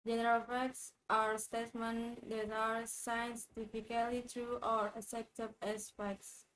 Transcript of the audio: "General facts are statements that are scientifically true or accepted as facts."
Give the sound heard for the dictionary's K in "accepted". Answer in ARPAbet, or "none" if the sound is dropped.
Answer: none